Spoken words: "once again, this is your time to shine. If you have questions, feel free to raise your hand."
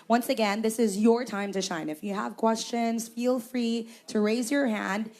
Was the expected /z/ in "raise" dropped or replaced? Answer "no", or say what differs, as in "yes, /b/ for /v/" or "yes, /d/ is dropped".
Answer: no